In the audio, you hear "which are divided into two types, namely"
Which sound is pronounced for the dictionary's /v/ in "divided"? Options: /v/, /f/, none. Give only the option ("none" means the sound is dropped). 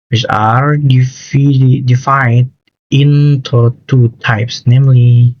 /f/